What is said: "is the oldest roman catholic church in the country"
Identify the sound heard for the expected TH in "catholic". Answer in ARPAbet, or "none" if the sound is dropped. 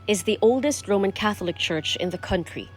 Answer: TH